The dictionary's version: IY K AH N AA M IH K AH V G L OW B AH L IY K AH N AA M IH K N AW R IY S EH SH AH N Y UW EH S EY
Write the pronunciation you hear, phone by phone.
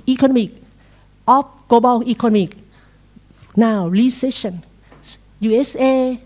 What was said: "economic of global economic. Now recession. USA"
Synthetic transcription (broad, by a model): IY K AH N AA M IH K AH P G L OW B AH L IY K AH N AA M IH K N AW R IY S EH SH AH N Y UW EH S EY